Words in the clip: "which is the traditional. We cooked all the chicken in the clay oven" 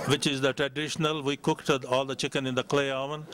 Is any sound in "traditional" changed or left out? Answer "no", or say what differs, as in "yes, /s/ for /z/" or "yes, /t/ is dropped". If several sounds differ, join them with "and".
no